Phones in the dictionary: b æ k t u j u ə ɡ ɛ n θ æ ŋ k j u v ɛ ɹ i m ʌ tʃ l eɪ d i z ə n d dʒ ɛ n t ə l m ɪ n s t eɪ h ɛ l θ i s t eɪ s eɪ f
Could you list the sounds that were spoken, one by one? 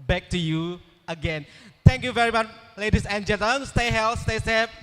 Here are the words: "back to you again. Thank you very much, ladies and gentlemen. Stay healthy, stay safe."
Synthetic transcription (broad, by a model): b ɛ k t u j u ə ɡ ɛ n t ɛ ŋ k j u v ɛ ɹ i m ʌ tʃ l eɪ d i s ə n dʒ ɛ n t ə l ɪ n s t eɪ h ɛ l s t eɪ s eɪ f